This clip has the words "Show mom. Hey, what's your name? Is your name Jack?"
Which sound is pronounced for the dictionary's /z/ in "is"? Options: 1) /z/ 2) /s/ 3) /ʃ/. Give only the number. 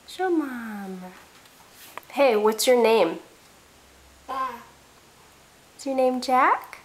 2